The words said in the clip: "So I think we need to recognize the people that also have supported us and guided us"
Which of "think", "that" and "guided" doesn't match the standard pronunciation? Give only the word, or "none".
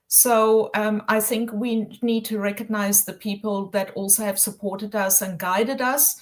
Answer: none